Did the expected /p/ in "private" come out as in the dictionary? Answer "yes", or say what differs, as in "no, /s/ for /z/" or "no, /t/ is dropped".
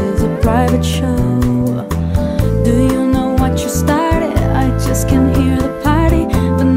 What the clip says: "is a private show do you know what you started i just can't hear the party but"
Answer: yes